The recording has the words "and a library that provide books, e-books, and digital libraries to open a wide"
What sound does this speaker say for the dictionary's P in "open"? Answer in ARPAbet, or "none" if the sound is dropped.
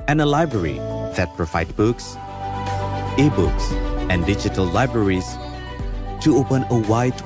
P